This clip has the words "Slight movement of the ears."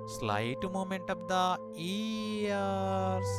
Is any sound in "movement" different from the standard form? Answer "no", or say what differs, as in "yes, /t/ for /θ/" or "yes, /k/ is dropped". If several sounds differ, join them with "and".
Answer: yes, /v/ is dropped